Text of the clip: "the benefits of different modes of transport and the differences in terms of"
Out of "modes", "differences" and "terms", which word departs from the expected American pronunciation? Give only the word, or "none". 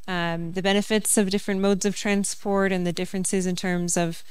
none